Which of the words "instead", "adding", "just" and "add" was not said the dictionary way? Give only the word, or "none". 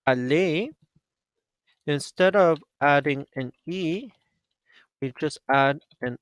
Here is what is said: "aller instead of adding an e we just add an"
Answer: none